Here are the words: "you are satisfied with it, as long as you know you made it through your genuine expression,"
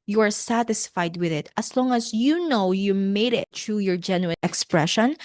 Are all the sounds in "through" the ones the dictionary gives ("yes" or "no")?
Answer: no